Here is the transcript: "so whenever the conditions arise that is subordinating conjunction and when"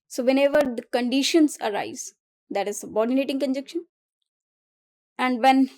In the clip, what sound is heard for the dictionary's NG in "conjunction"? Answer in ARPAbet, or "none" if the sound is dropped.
none